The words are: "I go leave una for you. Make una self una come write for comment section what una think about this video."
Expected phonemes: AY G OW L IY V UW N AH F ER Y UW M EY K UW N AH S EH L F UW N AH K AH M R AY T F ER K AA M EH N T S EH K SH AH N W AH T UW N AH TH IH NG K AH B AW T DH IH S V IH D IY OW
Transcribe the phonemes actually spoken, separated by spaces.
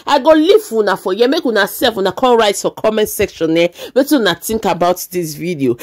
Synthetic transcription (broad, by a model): AY G OW L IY W UW N AH F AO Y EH M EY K UW N AH S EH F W UW N AH K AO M R AY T F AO K AA M EH N T S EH K SH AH N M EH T UW N AH T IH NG K AH B AW T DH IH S V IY D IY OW